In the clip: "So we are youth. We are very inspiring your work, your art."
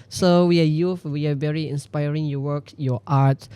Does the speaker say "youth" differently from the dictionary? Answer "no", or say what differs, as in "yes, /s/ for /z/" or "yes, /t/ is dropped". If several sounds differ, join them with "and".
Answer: yes, /f/ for /θ/